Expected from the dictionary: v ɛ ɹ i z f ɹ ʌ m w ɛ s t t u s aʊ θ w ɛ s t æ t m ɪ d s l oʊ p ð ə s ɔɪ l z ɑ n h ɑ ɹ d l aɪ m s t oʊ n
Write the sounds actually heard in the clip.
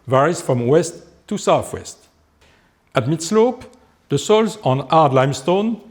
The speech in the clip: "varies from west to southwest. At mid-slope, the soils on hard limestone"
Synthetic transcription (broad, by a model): v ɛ ɹ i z f ɹ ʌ m w ɛ s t t u s aʊ θ w ɛ s t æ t m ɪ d s l oʊ p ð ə s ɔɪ l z ɑ n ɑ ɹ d l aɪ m s t oʊ n